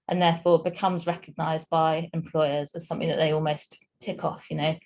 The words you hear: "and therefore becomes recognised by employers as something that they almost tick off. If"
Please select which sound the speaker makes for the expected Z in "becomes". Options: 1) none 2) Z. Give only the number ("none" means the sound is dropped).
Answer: 2